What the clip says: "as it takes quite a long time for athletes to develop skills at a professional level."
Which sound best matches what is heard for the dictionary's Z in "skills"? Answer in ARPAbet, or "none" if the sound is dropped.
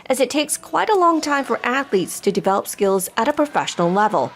Z